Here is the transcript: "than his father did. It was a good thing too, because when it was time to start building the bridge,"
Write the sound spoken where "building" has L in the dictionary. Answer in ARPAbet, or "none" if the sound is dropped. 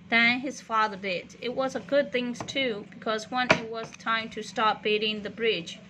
none